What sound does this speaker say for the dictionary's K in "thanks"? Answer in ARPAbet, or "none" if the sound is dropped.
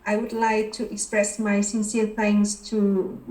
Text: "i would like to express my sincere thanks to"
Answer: none